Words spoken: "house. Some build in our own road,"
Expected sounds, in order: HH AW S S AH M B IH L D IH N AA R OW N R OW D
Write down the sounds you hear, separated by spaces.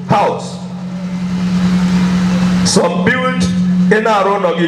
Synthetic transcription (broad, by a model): HH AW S S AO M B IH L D IH N AA R OW N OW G